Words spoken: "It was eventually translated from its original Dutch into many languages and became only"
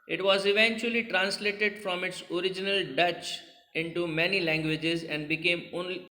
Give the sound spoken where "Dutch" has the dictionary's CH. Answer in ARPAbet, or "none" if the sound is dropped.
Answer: CH